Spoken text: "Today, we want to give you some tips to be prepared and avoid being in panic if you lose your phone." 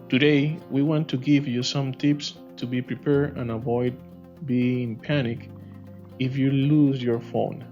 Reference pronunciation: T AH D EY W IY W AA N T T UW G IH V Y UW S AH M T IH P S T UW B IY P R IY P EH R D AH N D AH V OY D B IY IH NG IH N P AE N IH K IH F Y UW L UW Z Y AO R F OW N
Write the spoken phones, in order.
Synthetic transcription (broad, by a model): T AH D EY W IY W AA N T T UW G IH V Y UW S AH M T IH P S T UW B IY P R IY P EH R AH N AH V OY D B IY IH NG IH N P AE N IH K IH F Y UW L UW Z Y AO R F OW N